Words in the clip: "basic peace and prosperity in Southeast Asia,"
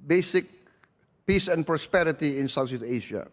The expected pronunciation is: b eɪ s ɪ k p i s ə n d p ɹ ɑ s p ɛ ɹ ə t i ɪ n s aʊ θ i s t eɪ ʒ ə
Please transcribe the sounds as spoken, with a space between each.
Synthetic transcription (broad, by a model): b eɪ s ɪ k p i s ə n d p ɹ ɑ s p ɛ ɹ ə t i ɪ n s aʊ s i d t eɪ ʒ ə